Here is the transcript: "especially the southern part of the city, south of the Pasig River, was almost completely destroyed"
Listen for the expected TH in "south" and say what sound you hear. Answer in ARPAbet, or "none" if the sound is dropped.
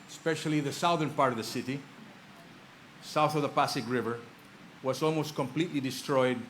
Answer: TH